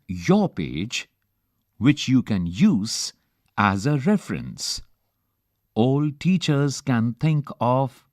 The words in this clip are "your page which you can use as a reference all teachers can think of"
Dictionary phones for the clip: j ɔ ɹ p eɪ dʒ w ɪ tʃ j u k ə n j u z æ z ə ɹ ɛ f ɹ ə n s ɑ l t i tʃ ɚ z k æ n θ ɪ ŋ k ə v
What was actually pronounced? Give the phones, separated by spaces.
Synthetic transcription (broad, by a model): j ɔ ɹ p eɪ dʒ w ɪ tʃ j u k ə n j u z æ z ə ɹ ɛ f ɹ ə n s ɑ l t i tʃ ɚ z k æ n t ɪ ŋ k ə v